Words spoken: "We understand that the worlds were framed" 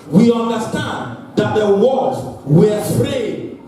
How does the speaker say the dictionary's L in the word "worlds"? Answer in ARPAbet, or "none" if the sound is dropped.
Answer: none